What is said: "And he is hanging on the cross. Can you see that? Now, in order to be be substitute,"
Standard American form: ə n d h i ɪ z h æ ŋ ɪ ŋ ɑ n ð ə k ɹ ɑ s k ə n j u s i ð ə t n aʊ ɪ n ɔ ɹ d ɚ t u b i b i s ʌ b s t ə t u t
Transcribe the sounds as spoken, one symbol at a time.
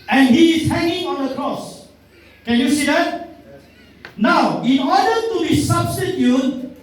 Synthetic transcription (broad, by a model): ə n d h i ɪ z h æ ŋ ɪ ŋ ɑ n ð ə k ɹ ɑ s k ə n j u s i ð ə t n aʊ ɪ n ɔ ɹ d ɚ t u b b i s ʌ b s t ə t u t